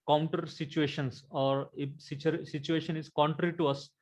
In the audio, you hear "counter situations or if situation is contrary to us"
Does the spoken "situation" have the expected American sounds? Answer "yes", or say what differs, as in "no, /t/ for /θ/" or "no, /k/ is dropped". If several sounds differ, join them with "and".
yes